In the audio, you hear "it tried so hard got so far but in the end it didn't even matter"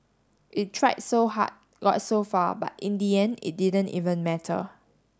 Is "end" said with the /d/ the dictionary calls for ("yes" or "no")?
no